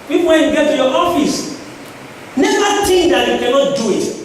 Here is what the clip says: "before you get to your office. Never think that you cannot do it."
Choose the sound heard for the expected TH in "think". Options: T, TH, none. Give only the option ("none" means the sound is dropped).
T